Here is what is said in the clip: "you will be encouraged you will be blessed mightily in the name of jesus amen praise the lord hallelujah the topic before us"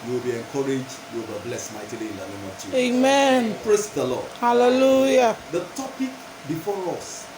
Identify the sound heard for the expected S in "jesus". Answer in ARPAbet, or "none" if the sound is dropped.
none